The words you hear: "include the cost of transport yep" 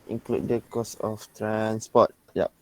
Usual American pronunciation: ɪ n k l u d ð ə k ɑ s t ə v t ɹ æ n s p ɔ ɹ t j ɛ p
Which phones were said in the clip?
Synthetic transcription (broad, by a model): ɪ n k l u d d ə k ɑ s ə f t ɹ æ n s p ɔ t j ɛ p